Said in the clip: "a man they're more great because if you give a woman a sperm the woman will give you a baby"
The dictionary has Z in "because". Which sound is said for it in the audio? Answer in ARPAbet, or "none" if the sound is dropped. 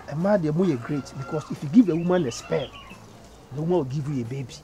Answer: S